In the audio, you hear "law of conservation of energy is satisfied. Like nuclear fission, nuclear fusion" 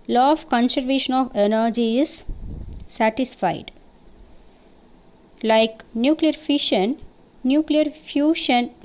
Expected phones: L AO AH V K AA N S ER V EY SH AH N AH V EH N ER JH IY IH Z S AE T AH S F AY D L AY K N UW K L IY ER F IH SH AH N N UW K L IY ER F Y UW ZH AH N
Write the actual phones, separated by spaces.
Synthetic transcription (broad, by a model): L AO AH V K AA N S ER V EY SH AH N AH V EH N ER JH IY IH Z S AE T AH S F AY D L AY K N UW K L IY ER F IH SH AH N N UW K L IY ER F Y UW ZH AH N